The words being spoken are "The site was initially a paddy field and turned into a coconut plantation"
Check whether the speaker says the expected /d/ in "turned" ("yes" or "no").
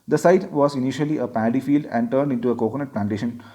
yes